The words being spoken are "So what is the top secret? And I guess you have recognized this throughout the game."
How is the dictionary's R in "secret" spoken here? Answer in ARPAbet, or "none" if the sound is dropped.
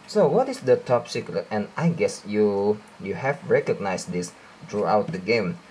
none